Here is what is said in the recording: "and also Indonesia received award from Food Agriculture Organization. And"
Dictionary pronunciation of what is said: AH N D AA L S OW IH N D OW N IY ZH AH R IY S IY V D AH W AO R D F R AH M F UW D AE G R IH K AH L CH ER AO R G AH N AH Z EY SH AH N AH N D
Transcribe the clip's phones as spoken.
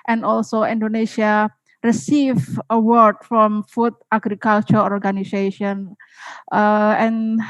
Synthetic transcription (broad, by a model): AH N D AA L S OW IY N D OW N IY SH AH R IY S IY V AH W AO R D F R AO M F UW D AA G R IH K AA L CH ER AO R G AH N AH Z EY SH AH N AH N